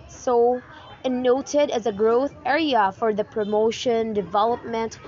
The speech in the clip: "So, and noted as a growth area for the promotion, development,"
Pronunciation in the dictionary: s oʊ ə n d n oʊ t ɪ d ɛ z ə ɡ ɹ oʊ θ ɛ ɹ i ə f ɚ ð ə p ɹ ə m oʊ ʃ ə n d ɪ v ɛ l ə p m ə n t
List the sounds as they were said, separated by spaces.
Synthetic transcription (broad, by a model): s oʊ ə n n oʊ t ɪ d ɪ z ə ɡ ɹ oʊ θ ɛ ɹ i ə f ɚ ð ə p ɹ ə m oʊ ʃ ə n d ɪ v ɛ l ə p m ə n t